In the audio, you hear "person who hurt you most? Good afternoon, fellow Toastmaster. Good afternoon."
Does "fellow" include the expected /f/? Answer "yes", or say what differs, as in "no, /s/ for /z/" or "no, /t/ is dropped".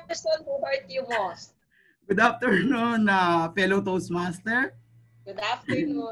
no, /p/ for /f/